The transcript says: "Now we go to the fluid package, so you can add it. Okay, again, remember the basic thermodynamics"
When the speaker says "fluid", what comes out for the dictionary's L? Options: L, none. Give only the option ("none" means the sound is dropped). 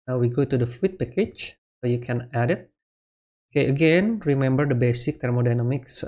none